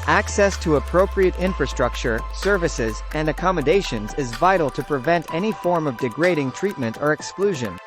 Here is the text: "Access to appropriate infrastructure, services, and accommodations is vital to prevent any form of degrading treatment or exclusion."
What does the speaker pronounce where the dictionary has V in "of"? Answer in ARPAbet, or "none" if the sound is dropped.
V